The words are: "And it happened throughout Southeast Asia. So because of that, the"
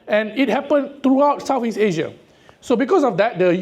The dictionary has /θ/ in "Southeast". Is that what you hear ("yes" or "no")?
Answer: no